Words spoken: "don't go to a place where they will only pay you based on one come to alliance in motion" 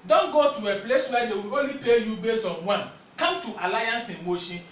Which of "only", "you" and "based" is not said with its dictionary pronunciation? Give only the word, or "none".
based